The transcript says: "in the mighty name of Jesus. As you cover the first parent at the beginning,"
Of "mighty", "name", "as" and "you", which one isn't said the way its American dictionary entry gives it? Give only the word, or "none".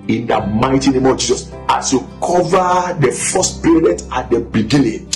as